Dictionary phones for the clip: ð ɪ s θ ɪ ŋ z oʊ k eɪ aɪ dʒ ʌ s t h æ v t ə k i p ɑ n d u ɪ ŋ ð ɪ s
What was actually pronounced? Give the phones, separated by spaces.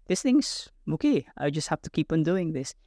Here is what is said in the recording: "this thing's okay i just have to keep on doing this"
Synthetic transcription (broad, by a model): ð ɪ s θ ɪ ŋ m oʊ k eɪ aɪ dʒ ʌ s t h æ f t ə k i p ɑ n d u ɪ ŋ ð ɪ s